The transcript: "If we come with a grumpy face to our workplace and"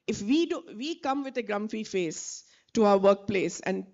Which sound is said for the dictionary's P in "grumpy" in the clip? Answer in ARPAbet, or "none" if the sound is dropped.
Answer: F